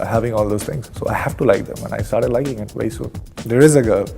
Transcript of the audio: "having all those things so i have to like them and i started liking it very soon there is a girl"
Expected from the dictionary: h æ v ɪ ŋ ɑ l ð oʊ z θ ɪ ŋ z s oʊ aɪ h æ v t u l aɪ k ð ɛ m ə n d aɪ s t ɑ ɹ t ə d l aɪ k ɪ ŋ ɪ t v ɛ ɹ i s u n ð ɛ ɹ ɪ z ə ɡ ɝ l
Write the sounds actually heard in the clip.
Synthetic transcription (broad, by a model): h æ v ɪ ŋ ɑ l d oʊ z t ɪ ŋ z s oʊ aɪ h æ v t u l aɪ k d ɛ m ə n aɪ s t ɑ ɹ t ə d l aɪ k ɪ ŋ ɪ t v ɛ i s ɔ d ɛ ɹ ɪ z ə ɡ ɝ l